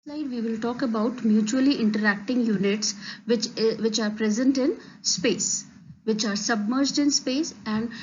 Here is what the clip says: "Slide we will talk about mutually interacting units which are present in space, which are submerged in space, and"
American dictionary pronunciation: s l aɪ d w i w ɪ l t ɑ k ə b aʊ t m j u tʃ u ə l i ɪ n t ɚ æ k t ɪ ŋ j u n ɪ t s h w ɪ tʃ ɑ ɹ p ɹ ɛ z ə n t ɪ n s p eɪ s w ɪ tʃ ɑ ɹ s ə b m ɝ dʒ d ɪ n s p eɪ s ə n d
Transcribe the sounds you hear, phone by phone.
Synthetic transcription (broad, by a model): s l aɪ d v i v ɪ l t ɑ k ə b aʊ t m j u tʃ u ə l i ɪ n t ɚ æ k t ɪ ŋ j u n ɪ t s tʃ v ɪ tʃ ɑ ɹ p ɹ ɛ z ə n t ɪ n s p eɪ s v ɪ tʃ ɑ ɹ s ə b m ɝ dʒ d ɪ n s p eɪ s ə n d